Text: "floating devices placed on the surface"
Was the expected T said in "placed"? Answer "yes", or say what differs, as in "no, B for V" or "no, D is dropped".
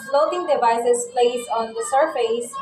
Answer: no, T is dropped